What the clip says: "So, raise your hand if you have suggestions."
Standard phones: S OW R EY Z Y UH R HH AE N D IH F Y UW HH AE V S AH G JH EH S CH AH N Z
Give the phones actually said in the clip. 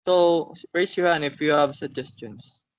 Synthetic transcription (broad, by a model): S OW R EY S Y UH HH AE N IH F Y UW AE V S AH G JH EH S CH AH N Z